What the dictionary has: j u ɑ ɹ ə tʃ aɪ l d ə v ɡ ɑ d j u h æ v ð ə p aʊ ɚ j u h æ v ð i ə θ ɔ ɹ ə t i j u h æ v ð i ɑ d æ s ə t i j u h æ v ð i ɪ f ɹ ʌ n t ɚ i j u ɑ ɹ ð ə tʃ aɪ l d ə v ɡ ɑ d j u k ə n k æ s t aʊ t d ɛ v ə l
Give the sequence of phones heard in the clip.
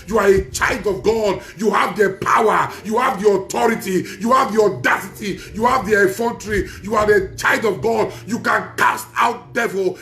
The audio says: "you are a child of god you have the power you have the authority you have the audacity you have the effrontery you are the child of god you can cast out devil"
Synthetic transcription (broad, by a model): j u ɑ ɹ ə tʃ aɪ l d ə v ɡ ɑ d j u h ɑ v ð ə p aʊ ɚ j u h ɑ v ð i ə t ɔ ɹ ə t i j u h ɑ v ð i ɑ d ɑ s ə t i j u h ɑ v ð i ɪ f ʌ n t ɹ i j u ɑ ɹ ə tʃ aɪ l d ə v ɡ ɑ d j u k ə n k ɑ s t aʊ t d ɛ v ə l